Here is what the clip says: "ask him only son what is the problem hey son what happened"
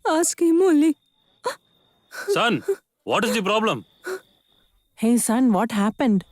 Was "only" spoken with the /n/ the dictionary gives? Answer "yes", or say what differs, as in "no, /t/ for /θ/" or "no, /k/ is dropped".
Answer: no, /n/ is dropped